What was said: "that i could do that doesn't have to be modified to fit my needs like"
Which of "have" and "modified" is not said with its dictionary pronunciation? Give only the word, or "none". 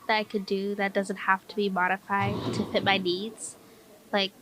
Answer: have